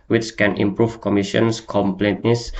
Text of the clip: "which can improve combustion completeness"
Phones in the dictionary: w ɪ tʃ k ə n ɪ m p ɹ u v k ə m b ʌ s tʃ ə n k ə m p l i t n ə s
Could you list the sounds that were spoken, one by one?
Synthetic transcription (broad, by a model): w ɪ tʃ k ə n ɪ m p ɹ u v k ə m i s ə n k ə m p l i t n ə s